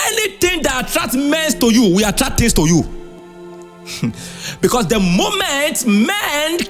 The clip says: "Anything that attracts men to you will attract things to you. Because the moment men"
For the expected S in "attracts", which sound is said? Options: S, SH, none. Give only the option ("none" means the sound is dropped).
none